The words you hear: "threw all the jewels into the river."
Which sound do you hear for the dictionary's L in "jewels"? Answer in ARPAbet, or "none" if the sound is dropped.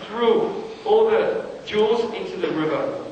none